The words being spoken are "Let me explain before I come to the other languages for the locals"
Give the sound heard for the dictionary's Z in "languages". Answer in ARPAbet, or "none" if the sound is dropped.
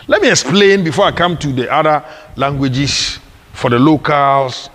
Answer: S